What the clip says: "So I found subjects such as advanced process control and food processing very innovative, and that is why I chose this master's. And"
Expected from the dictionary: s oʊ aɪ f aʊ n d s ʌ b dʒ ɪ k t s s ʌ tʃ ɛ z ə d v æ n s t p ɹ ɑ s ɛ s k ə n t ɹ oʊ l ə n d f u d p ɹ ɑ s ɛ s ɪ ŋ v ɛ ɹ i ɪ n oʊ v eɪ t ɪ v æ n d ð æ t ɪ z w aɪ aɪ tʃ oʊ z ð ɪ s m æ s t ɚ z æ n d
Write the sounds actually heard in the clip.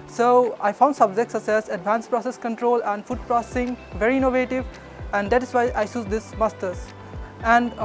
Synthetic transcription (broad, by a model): s oʊ aɪ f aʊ n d s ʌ b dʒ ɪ k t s s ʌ s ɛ s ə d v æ n s p ɹ ɑ s ɛ s k ə n t ɹ oʊ l ə n d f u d p ɹ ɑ s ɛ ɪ ŋ v ɛ ɹ i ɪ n oʊ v eɪ t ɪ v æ n d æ t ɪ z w aɪ aɪ s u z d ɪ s m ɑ s t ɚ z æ n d